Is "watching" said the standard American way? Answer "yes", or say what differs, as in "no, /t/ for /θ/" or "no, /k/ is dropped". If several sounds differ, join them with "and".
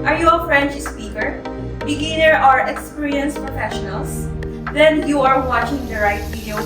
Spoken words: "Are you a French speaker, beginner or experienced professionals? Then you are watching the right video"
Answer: yes